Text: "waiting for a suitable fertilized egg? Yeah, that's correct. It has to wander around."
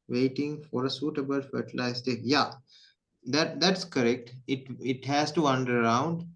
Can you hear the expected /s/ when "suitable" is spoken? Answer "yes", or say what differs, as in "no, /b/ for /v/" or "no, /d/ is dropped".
yes